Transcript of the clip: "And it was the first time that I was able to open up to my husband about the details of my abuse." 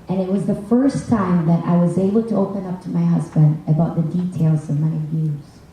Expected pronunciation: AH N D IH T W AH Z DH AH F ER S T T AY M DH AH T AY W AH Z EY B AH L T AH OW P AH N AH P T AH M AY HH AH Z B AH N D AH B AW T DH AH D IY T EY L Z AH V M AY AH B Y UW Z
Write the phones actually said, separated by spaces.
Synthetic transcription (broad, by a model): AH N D IH T W AH Z DH AH F ER S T T AY M DH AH T AY W AH Z EY B L T AH OW P AH N AH P T AH M AY HH AH Z B AH N D AH B AW T DH AH D IY T EY L Z AH V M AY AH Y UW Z